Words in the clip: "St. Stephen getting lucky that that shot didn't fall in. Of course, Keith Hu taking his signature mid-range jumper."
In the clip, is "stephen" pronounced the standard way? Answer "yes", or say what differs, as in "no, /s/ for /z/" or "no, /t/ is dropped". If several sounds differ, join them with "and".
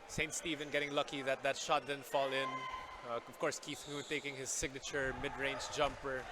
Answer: yes